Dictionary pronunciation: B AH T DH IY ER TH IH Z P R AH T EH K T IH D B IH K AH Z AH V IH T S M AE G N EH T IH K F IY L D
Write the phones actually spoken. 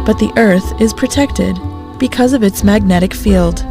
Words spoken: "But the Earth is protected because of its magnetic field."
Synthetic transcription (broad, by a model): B AH T DH IY ER TH IH Z P R AH T EH K T IH D B IH K AH Z AH V IH T S M AE G N EH T IH K F IY L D